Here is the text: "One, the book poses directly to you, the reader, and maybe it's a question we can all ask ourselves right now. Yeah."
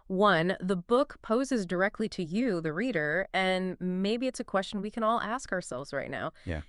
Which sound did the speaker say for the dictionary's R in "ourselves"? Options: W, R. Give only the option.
R